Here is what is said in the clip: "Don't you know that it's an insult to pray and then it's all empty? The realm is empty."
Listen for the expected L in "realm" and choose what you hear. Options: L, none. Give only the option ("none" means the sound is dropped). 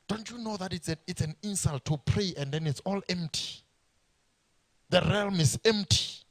L